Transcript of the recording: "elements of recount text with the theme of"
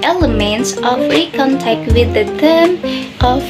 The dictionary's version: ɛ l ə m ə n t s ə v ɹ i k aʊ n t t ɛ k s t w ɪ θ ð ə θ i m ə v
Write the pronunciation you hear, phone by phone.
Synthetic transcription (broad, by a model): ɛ l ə m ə n t s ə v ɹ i k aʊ n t t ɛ k t w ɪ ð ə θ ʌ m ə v